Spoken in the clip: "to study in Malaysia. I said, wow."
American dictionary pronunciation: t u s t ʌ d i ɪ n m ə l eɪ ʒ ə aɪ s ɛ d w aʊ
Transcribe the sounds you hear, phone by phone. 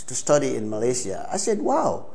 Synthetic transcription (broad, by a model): t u s t ʌ d i ɪ n m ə l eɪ s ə aɪ s ɛ d w aʊ